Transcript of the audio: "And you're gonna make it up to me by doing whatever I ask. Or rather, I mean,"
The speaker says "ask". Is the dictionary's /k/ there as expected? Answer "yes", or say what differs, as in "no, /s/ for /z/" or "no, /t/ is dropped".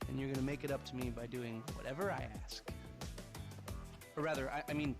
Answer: yes